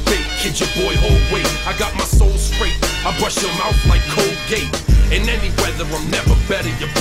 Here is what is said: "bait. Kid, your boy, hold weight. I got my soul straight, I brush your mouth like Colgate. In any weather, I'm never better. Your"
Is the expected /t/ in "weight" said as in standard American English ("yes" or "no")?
no